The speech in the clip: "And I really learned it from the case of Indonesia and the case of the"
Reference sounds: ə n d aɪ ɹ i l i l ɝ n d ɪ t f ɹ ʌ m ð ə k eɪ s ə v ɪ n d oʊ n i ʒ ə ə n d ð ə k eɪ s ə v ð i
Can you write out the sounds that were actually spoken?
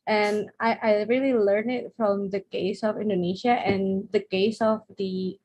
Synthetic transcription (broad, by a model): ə n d aɪ ɹ i l i l ɝ n ɪ t f ɹ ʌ m ð ə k eɪ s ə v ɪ n d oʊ n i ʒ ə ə n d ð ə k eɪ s ə v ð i